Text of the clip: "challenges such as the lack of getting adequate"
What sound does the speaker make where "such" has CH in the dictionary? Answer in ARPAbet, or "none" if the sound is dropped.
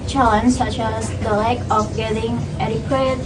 CH